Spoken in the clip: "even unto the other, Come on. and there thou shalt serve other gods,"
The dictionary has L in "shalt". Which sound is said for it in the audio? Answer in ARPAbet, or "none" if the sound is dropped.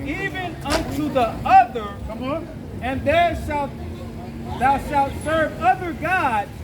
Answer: L